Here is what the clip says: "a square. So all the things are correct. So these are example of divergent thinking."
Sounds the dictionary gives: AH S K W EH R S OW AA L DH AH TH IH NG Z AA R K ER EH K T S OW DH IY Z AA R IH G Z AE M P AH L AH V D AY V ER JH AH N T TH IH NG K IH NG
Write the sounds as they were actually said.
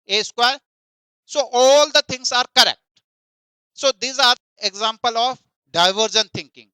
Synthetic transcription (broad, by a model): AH S K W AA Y S OW AA L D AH T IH NG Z AA R K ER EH K T S OW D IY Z AA R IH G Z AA M P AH L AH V D AY V ER JH AH N T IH NG K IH NG